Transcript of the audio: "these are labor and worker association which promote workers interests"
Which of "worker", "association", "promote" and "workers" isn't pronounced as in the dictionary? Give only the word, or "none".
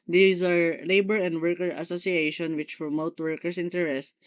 workers